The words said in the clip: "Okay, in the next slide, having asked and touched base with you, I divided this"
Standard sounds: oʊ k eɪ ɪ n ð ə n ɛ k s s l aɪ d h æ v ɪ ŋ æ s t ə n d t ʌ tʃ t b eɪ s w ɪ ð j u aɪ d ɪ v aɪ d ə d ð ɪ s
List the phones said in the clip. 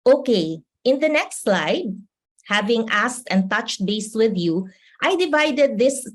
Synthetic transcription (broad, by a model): oʊ k eɪ ɪ n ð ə n ɛ k s s l aɪ d h æ v ɪ ŋ æ s t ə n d t ʌ tʃ t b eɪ s w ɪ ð j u aɪ d ɪ v aɪ d ə d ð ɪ s